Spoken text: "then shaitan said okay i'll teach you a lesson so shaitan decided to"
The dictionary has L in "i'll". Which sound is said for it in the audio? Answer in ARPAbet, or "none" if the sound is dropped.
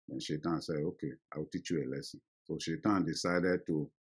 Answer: W